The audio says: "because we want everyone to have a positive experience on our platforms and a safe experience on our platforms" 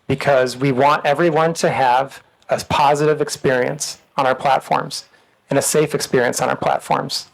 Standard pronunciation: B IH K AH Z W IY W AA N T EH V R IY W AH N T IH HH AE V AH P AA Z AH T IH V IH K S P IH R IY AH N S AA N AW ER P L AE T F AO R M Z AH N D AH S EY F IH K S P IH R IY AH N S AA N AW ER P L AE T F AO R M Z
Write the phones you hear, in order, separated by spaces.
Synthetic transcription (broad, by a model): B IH K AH Z W IY W AA N T EH V R IY W AH N T IH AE V AH P AA Z AH T IH V IH K S P IH R IY AH N S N AW ER P L AE T F AO R M Z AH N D AH S EY F IH K S P IH R IY AH N S N AW ER P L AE T F AO R M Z